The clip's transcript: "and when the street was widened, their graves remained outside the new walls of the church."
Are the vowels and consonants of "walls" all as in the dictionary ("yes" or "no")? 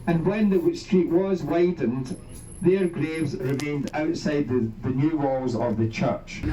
yes